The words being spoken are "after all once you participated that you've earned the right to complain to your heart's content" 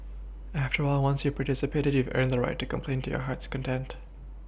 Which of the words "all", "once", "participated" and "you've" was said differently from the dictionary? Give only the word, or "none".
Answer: none